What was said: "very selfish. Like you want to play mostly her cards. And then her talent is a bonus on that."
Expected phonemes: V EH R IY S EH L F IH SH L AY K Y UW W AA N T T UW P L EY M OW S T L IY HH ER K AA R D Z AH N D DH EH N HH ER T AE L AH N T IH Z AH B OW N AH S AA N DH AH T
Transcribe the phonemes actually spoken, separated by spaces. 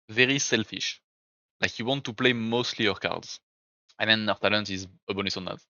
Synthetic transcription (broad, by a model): V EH R IY S EH L F IH SH L AY K Y UW W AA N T T UW P L EY M OW S T L IY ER K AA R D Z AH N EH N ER T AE L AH N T IH Z AH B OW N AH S AA N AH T